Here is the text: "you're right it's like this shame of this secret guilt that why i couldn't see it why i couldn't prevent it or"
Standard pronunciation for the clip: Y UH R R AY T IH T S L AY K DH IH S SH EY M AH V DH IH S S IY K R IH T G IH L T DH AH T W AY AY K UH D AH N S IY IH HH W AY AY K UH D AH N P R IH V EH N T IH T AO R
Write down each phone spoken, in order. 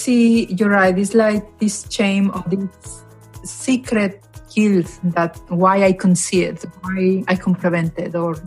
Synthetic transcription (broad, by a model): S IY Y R AY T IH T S L AY K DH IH S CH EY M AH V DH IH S S IY K R IH T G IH L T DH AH T W AY AY K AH N S IY IH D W AY AY K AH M P L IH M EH N T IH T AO R